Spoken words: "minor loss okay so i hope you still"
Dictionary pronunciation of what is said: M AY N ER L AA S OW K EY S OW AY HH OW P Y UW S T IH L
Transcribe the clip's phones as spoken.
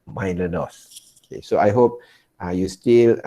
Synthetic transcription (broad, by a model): M AY N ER N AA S OW K EY S OW AY HH OW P Y UW S T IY L